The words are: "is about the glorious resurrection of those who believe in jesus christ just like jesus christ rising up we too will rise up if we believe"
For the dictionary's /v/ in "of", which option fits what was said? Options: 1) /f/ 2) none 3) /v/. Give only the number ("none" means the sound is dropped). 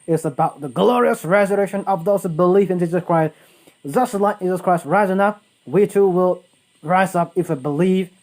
3